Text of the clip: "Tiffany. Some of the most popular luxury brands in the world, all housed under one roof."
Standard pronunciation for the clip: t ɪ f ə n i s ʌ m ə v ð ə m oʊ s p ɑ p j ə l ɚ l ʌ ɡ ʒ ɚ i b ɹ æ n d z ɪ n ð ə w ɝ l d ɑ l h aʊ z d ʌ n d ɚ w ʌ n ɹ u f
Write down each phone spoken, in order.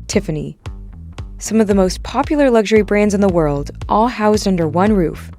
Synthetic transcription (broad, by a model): t ɪ f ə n i s ʌ m ə v ð ə m oʊ s p ɑ p j l ɚ l ʌ ɡ ʒ ɚ i b ɹ æ n d z ɪ n ð ə w ɝ l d ɑ l h aʊ z d ʌ n d ɚ w ʌ n ɹ u f